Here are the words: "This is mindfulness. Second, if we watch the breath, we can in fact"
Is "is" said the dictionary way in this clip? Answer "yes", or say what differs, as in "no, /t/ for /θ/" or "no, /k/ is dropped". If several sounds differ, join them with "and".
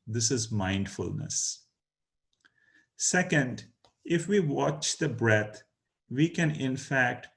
yes